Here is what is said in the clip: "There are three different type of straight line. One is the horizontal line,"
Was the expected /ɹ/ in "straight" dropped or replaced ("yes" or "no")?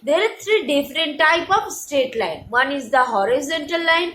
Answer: yes